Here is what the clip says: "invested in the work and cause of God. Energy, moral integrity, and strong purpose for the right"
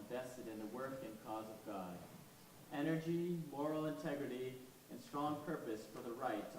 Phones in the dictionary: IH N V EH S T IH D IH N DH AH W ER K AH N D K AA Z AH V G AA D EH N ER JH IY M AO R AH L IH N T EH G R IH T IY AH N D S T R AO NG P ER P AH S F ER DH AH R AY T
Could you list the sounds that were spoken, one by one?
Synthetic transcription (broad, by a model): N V EH S T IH D IH N DH AH W ER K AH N K AA Z AH V G AA D EH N ER JH IY M AO R L IH N T EH G R IH T IY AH N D S T R AO NG P ER P AH S F ER DH AH R AY T